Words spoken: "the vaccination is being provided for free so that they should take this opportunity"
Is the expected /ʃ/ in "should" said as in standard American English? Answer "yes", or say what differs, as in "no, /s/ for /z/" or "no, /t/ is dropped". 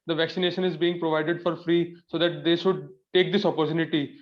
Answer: yes